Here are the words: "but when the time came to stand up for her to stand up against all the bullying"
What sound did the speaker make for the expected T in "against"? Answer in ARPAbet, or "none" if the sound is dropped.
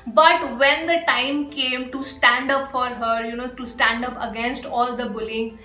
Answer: T